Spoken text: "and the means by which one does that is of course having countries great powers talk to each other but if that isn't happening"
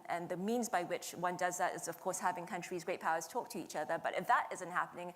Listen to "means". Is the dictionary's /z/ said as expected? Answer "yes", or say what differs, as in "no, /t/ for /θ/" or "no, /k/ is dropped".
yes